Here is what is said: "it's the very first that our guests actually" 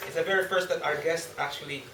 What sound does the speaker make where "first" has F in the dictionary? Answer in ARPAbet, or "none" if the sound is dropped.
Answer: F